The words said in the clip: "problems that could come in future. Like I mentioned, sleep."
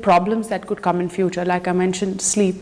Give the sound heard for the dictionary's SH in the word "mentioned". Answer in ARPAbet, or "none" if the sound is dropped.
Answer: SH